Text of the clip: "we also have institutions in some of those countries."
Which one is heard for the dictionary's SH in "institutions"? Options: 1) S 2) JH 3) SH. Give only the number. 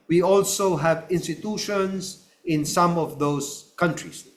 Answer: 3